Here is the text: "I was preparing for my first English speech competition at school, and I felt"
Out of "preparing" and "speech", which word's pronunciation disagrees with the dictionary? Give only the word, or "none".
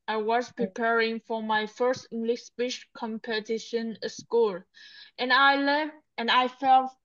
speech